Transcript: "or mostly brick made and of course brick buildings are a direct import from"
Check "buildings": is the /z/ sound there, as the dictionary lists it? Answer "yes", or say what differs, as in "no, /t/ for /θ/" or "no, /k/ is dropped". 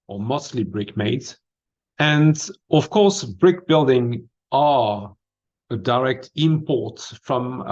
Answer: no, /z/ is dropped